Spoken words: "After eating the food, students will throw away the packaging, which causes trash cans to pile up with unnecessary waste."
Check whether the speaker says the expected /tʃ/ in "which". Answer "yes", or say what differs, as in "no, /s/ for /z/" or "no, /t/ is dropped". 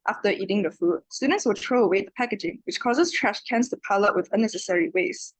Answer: yes